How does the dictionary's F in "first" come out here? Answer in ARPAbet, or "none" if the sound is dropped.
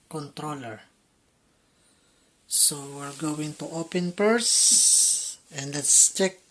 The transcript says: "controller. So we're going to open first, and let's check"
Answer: P